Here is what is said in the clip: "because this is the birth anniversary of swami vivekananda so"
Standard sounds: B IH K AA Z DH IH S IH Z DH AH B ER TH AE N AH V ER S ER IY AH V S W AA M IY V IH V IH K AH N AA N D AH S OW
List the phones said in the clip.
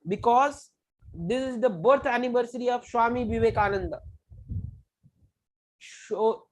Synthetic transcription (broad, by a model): B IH K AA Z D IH S IH Z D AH B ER T AE N AH V ER S ER IY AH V SH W AA M IY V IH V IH K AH N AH N D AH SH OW